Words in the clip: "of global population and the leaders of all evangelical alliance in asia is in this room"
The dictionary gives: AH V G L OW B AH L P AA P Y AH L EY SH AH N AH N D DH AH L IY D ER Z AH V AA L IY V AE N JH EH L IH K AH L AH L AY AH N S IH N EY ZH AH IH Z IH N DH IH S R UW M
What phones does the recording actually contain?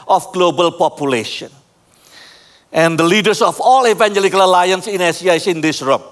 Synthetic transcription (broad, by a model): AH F G L OW B AH L P AA P Y AH L EY SH AH N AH N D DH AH L IY D ER S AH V AA L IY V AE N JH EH L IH K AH L AH L AY AH N S IH N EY S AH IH S IH N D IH S R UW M